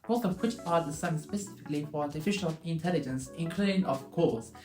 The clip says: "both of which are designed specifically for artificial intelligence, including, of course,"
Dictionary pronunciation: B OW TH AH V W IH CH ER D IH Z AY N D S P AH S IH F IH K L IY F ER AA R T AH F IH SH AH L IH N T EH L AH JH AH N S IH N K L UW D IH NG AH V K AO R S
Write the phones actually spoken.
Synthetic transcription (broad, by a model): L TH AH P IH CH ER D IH S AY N S P AH S IH F IH K L IY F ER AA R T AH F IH SH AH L IH N T EH L AH JH AH N S IH N K L UW D IH NG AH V K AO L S